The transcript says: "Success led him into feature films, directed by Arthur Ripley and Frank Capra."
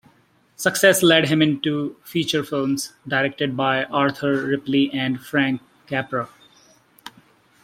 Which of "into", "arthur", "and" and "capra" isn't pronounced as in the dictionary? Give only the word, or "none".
arthur